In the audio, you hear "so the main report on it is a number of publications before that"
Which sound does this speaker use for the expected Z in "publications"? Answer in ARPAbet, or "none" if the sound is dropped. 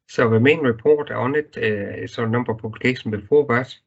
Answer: none